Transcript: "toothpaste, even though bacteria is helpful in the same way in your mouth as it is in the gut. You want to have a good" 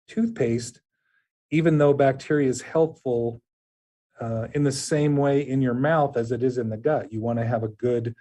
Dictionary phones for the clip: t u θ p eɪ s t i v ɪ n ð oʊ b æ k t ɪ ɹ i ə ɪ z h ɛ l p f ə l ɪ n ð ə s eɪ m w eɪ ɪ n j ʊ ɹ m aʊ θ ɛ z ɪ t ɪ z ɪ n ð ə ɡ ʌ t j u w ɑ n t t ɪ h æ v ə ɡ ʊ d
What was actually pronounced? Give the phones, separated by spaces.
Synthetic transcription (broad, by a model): t u θ p eɪ s t i v ɪ n ð oʊ b æ k t ɪ ɹ i ə ɪ z h ɛ l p f l ɪ n ð ə s eɪ m w eɪ ɪ n j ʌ ɹ m aʊ θ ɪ z ɪ t ɪ z ɪ n ð ə ɡ ʌ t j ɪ w ɑ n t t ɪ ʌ v ə ɡ ʊ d